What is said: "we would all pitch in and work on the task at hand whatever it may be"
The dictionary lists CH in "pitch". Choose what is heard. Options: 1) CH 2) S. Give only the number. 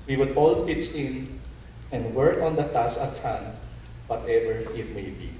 2